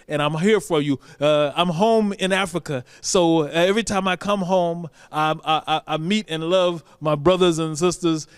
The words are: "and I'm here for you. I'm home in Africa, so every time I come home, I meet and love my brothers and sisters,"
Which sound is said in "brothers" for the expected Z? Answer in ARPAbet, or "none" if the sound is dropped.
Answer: Z